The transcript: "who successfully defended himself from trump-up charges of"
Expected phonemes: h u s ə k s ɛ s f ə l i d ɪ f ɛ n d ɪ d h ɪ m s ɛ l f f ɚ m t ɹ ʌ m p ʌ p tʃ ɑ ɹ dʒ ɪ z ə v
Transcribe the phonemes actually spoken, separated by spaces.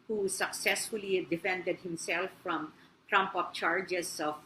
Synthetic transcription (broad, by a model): h u s ə k s ɛ s f ə l i d ɪ f ɛ n d ɪ d h ɪ m s ɛ l f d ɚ m t ɹ ʌ m p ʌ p tʃ ɑ ɹ dʒ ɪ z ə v